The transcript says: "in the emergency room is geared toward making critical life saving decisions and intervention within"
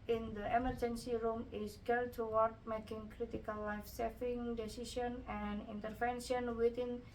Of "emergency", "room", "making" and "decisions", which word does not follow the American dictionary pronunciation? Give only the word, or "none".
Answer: decisions